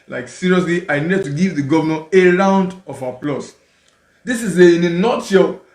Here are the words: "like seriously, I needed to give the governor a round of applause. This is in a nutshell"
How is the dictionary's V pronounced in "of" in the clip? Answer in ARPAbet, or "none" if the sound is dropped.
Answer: W